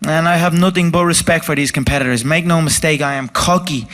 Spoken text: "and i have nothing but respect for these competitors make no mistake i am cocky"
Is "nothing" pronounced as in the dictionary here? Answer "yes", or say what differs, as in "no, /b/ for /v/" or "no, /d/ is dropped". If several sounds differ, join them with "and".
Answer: yes